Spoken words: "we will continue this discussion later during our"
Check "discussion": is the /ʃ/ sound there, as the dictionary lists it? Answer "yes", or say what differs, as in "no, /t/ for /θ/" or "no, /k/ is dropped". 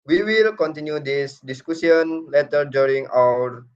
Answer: no, /s/ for /ʃ/